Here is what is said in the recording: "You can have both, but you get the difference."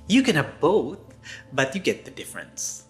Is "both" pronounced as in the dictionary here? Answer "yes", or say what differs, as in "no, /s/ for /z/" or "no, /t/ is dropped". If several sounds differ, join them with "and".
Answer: yes